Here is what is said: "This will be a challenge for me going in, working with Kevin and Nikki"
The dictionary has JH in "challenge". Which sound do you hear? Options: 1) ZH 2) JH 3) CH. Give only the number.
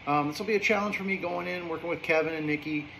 1